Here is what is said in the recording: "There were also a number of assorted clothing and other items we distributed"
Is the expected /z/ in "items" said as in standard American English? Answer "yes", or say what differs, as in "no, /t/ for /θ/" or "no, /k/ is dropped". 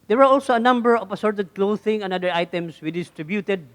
no, /s/ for /z/